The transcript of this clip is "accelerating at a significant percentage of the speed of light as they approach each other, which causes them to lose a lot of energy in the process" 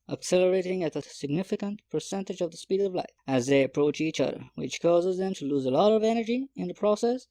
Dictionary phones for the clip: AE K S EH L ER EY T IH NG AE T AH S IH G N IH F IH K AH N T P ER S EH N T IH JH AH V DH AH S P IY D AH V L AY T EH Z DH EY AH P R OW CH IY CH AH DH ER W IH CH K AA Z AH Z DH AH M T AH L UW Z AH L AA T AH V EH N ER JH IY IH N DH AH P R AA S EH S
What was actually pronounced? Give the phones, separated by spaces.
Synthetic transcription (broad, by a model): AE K S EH L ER EY T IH NG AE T AH S IH G N IH F IH K AH N T P ER S EH N T IH JH AH V DH AH S P IY D AH V L AY IH Z DH EY AH P R OW CH IY CH AH DH ER W IH CH K AA Z AH Z DH AH M T AH L UW Z AH L AA T AH V EH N ER JH IY IH N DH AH P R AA S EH S